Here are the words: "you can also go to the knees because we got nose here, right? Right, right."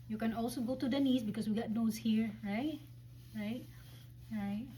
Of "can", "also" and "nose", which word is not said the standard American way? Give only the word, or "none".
nose